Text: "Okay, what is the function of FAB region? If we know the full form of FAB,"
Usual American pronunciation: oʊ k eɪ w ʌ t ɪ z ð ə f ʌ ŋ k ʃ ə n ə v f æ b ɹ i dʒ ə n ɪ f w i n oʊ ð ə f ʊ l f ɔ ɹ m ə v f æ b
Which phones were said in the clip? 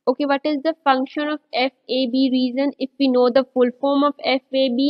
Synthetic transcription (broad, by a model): oʊ k eɪ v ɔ t ɪ z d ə f ʌ ŋ k ʃ ə n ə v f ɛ b ɹ i z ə n ɪ f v i n oʊ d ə f ʊ l f ɔ ɹ m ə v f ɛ b